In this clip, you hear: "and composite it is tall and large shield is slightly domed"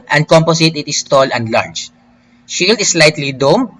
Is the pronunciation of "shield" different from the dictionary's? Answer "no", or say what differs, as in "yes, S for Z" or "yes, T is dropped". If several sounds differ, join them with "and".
no